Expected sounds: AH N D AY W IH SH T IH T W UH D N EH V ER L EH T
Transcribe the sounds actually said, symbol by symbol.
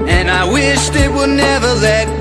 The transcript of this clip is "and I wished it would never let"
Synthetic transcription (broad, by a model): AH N AY W IH SH T IH T W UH D N EH V ER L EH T